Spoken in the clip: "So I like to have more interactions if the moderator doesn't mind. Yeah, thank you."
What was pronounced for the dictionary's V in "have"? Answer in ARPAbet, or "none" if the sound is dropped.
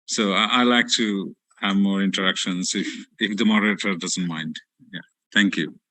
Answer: V